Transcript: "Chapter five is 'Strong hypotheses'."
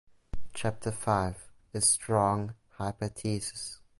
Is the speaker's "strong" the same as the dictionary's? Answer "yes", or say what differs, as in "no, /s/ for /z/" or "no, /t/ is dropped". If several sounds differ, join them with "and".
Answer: yes